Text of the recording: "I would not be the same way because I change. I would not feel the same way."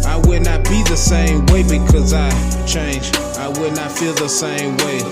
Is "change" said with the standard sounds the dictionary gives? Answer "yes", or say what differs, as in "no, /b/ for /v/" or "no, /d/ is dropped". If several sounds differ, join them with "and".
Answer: yes